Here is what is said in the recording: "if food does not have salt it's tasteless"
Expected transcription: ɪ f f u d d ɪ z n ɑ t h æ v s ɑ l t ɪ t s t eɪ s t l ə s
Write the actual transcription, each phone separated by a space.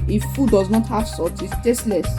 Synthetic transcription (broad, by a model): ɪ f f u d d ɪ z n ɑ t h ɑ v s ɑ t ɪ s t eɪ s t l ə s